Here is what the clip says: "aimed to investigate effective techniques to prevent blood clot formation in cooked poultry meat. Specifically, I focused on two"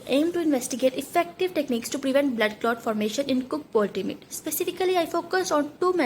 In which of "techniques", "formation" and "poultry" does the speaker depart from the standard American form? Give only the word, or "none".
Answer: poultry